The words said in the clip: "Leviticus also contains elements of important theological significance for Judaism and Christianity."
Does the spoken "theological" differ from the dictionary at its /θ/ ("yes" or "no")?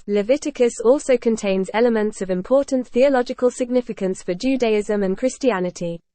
no